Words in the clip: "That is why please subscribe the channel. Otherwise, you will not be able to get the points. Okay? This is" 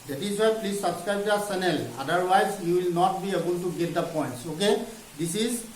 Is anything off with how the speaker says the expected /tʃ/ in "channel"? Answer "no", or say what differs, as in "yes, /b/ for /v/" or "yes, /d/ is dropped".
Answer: yes, /s/ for /tʃ/